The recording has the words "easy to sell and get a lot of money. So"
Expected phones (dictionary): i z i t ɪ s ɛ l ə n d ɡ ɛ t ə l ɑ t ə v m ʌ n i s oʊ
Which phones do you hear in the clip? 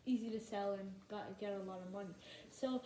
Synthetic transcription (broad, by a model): i z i t ɪ s ɛ l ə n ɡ ɡ ɛ t ə l ɑ t ə v m ʌ n i s oʊ